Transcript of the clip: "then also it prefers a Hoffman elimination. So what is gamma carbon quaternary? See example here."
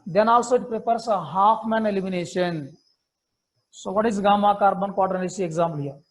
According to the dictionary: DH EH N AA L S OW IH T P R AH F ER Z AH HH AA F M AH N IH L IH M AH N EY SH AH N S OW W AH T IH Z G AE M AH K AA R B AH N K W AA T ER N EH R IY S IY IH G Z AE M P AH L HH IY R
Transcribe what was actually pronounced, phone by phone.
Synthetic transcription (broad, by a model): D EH N AA L S OW IH T P R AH P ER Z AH HH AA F M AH N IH L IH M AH N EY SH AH N S OW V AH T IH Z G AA M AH K AA R B AH N K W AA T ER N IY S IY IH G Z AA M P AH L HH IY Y